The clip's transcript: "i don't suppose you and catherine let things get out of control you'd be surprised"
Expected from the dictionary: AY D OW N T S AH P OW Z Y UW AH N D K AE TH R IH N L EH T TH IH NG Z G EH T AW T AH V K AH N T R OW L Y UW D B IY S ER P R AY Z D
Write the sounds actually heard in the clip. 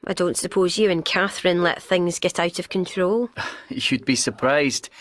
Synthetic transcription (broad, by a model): AY D OW N T S AH P OW Z Y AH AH N K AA TH R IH N L EH T TH IH NG Z G EH T AW T AH V K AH N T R OW L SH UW D B IY S ER P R AY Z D